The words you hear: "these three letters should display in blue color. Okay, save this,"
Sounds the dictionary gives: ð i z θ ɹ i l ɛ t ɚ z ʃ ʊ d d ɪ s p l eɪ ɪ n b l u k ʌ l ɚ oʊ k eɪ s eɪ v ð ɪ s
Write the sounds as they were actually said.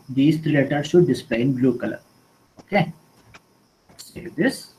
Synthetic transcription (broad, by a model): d i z t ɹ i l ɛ t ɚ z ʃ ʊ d d ɪ s p l eɪ ɪ n b l u k ʌ l ɚ oʊ k eɪ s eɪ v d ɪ s